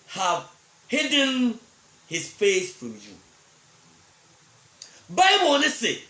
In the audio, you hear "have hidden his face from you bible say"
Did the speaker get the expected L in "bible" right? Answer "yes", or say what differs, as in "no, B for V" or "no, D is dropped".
no, N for L